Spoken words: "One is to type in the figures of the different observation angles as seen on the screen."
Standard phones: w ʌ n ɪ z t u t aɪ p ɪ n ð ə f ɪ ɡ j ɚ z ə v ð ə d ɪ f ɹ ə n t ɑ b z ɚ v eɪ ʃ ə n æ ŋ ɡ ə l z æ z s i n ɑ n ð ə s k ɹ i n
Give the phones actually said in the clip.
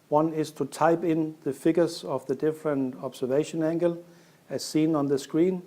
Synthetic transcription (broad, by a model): w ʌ n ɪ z t u t aɪ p ɪ n ð ə f ɪ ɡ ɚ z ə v ð ə d ɪ f ɹ ə n t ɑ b s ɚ v eɪ ʃ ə n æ ŋ ɡ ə l æ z s i n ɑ n ð ə s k ɹ i n